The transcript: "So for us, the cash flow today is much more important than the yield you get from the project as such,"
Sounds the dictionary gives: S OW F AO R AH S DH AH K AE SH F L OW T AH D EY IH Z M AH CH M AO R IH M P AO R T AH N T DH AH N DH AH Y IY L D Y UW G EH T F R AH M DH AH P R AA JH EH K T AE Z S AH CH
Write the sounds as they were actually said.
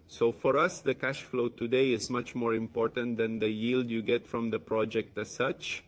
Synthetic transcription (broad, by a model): S OW F AO R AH S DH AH K AE SH F L OW T AH D EY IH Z M AH CH M AO R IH M P AO R T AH N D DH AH N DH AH Y IY L D Y UW G EH T F R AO M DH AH P R AA JH EH K T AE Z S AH CH